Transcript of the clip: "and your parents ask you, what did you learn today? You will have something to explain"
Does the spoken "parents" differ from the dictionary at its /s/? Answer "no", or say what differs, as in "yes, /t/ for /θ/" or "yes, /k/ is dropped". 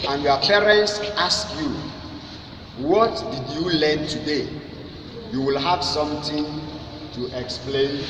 no